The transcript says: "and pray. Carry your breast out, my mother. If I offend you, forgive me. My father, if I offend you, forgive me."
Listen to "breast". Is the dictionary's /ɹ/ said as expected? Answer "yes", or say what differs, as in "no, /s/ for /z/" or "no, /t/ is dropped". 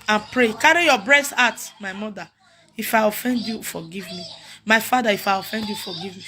yes